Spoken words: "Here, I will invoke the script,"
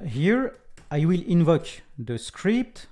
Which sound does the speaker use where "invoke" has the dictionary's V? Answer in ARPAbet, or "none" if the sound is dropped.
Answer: V